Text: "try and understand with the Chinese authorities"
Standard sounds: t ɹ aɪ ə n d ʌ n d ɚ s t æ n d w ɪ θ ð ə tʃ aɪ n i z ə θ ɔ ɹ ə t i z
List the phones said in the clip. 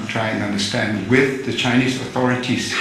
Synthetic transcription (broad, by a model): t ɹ aɪ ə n ʌ n d ɚ s t æ n d w ɪ ð ə tʃ aɪ n i z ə θ ɔ ɹ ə t i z